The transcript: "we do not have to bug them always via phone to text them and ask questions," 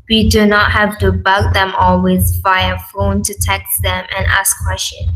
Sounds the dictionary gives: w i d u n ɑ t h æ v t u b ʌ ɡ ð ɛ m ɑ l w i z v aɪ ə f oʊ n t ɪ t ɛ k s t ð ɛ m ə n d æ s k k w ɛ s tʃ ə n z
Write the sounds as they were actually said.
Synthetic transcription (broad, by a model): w i d u n ɑ t h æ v t u b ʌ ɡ ð ɛ m ɑ l w i z f aɪ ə f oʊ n t ɪ t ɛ k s ð ɛ m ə n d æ s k k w ɛ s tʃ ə n